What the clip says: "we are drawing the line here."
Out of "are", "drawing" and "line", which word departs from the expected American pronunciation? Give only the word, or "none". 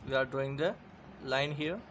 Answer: drawing